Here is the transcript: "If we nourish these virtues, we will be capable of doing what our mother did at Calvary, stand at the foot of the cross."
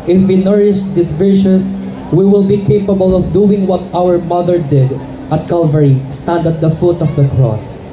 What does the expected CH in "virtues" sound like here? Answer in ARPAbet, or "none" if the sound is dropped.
SH